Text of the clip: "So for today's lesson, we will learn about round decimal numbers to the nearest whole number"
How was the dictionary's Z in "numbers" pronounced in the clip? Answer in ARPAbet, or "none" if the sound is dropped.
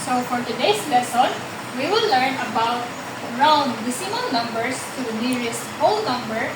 S